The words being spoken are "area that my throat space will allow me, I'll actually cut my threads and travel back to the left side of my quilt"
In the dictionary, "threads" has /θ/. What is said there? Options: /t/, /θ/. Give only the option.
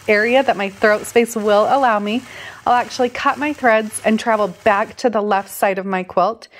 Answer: /θ/